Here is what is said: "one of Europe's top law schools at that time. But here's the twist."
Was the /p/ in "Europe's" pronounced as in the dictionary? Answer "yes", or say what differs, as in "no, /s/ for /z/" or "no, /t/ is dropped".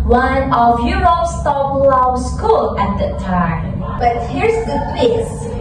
no, /p/ is dropped